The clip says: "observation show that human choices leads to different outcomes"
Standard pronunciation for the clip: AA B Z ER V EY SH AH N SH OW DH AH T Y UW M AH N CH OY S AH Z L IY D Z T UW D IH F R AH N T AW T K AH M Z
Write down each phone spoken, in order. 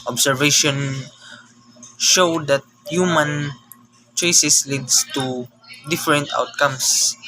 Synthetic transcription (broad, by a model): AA B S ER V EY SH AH N SH OW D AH T Y UW M AH N CH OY S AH S L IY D S T UW D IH F R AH N T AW T K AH M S